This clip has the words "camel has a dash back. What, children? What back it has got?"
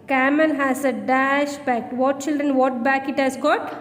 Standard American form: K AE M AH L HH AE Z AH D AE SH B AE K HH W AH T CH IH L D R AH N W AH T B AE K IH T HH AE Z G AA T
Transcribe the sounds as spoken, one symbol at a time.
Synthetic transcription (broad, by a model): K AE M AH L HH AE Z AH D AE SH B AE K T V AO T CH IH L D R AH N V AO T B AE K IH T HH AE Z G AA T